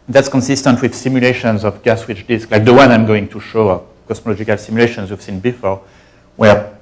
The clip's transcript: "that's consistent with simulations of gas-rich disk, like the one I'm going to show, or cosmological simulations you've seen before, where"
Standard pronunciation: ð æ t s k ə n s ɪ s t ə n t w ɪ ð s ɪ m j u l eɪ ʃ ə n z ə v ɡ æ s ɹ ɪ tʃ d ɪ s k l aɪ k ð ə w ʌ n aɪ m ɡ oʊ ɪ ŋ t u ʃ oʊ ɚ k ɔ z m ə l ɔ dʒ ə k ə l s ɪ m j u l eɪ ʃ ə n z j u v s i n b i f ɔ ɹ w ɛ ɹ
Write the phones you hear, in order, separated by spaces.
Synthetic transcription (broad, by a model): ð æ t s k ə n s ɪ s t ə n t w ɪ ð s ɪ m j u l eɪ ʃ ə n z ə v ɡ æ s w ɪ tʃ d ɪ s k l aɪ k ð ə w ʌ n aɪ m ɡ oʊ ɪ ŋ t u ʃ oʊ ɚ k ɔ s m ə l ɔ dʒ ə k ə l s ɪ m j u l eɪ ʃ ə n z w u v s i n b i f ɔ ɹ w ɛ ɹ